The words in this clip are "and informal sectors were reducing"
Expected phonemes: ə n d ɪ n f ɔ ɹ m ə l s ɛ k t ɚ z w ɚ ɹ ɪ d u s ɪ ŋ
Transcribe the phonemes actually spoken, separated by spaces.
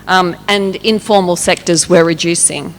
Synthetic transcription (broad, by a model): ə n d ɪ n f ɔ ɹ m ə l s ɛ k t ɚ z w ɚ ɹ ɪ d u s ɪ ŋ